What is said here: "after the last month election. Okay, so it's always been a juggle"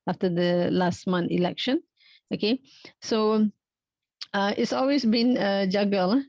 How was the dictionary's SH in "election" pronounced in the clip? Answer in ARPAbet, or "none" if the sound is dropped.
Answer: SH